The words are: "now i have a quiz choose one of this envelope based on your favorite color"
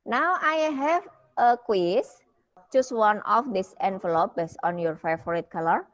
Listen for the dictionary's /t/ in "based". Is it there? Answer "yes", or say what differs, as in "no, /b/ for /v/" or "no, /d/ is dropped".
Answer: no, /t/ is dropped